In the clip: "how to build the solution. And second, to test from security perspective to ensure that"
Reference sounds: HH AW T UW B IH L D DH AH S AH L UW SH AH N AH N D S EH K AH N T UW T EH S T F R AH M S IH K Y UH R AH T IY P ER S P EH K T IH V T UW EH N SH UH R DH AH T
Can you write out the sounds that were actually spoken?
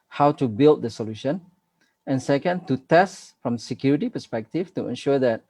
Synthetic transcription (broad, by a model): HH AW T UW B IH L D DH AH S AH L UW SH AH N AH N S EH K AH N T UW T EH S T F R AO M S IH K Y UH R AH T IY P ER S P EH K T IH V T UW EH N SH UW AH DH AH T